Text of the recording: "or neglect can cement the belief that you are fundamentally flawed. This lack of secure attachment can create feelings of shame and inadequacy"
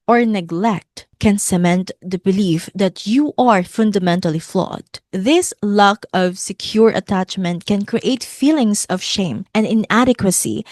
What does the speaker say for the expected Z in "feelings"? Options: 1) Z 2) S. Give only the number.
2